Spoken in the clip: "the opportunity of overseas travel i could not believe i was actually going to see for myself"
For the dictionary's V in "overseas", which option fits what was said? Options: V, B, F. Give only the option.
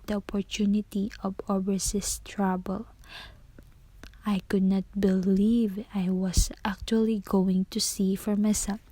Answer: B